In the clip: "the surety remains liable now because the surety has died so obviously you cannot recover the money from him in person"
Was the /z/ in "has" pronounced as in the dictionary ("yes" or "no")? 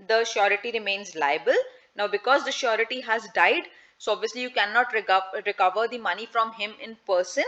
yes